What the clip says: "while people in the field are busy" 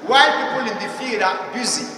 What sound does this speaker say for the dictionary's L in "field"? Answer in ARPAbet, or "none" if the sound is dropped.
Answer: none